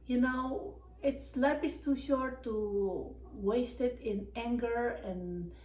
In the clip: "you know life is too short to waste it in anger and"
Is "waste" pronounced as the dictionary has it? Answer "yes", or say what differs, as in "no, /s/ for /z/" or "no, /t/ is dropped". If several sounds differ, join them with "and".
yes